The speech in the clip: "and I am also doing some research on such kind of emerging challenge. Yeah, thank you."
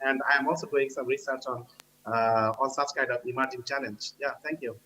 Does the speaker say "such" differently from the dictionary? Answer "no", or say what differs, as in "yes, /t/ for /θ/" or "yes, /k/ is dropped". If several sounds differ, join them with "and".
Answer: yes, /s/ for /tʃ/